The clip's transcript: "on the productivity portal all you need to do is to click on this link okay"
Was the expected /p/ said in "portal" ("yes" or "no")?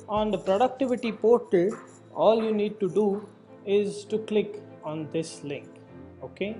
yes